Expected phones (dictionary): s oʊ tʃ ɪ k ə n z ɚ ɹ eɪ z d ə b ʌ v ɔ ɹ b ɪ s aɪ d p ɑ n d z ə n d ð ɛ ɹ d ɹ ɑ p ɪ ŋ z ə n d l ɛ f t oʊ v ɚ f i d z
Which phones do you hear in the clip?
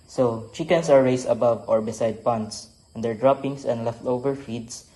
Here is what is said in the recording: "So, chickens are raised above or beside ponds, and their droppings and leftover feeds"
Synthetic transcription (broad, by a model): s oʊ tʃ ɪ k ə n s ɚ ɹ eɪ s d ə b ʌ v ɔ ɹ b ɪ s aɪ d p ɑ n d s ə n d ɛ ɹ d ɹ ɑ p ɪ ŋ s ə n d l ɛ f t oʊ v ɚ f i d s